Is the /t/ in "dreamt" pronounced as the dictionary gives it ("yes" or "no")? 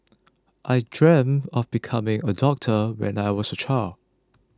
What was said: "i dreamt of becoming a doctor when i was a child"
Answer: no